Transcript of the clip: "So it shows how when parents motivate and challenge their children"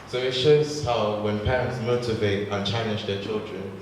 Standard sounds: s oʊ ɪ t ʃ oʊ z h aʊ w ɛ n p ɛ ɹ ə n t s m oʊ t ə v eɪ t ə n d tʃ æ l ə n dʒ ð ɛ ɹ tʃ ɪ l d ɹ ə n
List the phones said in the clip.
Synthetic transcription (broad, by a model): s oʊ ɪ t ʃ oʊ z h aʊ w ɛ n p ɛ ɹ ə n t s m oʊ t ə v eɪ t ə n tʃ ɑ ə n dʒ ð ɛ tʃ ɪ l d ɹ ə n